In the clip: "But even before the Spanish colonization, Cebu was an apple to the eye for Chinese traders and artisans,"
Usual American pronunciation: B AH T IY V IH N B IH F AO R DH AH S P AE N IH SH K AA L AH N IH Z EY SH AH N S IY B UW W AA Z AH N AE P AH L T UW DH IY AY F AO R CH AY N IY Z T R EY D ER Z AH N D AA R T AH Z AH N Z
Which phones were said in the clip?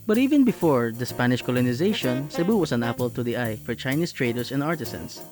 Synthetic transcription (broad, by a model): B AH T IY V IH N B IH F AO R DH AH S P AE N IH SH K AA L AH N IH Z EY SH AH N S IY B UW W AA S AH N AE P AH L T UW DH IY AY F AO R CH AY N IY S T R EY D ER S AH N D AA R T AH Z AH N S